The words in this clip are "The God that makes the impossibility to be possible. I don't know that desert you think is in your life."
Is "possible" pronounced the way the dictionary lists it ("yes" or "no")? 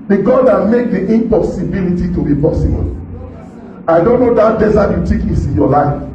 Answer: no